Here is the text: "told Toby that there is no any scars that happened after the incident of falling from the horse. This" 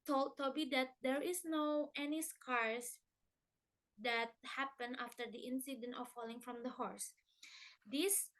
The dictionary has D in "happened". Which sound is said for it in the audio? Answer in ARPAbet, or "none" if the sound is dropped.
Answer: none